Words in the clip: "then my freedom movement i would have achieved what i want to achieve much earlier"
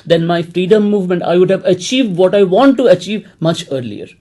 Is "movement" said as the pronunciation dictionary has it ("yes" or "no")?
yes